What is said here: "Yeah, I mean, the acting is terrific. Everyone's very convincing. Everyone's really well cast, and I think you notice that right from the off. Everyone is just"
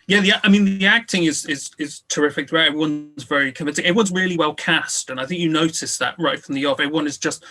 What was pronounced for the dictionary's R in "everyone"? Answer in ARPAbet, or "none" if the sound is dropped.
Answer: none